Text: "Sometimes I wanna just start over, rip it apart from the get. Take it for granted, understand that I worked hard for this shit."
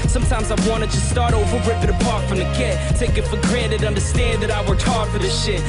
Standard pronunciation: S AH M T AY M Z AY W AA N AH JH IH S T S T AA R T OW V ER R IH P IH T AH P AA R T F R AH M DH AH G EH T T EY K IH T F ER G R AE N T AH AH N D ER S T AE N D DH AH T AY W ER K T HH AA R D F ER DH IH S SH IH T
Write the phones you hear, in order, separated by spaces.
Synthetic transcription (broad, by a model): S AH M T AY M Z AY W AA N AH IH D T S T AA R T OW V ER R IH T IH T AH P AA R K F R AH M DH AH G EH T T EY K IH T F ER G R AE T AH AH N D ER S T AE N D DH AH T AY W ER T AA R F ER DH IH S SH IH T